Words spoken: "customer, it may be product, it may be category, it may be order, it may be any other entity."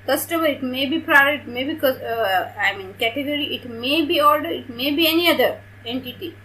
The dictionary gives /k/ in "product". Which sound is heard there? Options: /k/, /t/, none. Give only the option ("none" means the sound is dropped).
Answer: none